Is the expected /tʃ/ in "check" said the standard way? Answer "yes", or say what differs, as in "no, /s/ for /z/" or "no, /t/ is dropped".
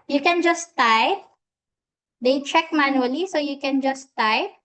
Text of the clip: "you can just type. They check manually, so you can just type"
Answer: yes